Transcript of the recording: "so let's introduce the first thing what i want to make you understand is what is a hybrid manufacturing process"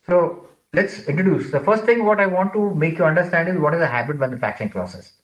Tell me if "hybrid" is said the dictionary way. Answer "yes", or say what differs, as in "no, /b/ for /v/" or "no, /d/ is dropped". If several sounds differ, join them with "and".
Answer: no, /ɹ/ is dropped